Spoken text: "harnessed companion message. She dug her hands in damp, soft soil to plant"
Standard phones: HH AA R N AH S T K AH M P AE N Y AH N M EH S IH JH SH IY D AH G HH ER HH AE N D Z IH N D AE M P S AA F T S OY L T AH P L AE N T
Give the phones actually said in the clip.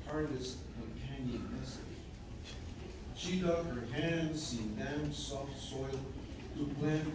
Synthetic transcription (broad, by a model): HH AA R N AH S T K AH M P AE N Y AH N M EH S IH JH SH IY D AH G HH ER HH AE N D S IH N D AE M S AA F T S OY L T AH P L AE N